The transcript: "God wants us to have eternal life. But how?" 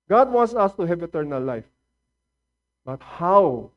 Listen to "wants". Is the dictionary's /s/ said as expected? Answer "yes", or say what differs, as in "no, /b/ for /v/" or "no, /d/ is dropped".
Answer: yes